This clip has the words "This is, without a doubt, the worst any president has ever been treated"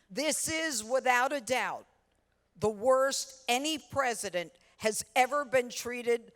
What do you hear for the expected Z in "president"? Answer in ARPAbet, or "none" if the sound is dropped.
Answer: Z